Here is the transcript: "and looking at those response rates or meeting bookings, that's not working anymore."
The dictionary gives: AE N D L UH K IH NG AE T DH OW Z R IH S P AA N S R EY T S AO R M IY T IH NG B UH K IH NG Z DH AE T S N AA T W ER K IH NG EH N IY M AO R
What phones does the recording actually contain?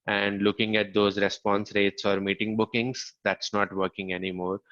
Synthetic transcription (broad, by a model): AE N D L UH K IH NG AE T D OW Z R IH S P AA N S R EY T S AO R M IY T IH NG B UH K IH NG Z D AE T S N AA T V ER K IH NG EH N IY M AO R